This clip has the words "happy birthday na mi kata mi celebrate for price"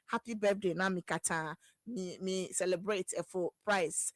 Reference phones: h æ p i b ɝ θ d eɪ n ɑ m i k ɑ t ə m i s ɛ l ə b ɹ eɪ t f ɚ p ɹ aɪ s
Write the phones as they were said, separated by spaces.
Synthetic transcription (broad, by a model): h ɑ p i b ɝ f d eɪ n ɑ m i k ɑ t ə m i s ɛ l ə b ɹ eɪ t f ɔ p ɹ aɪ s